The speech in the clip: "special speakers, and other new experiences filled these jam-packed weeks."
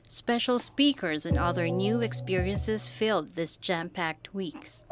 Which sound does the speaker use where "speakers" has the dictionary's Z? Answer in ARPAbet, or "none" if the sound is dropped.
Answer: Z